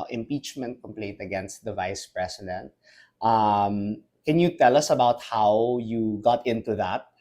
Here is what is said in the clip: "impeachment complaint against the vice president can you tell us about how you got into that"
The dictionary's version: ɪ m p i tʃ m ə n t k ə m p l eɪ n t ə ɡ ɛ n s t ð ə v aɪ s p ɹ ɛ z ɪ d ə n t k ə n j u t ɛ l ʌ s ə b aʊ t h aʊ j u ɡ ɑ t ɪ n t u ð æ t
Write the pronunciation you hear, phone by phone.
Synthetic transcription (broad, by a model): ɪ m p i tʃ m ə n t k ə m p l eɪ n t ə ɡ ɛ n s t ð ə v aɪ s p ɹ ɛ s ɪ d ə n t k ə n j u t ɛ l ʌ s ə b aʊ t h aʊ j u ɡ ɑ t ɪ n t u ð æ t